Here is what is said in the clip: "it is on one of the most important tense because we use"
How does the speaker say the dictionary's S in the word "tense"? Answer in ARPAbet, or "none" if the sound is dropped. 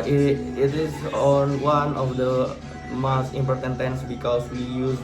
S